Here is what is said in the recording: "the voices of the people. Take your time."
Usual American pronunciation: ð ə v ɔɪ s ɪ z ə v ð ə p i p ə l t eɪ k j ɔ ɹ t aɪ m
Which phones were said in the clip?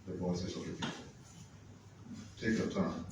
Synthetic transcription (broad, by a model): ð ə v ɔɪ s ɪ s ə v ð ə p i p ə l t eɪ k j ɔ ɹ t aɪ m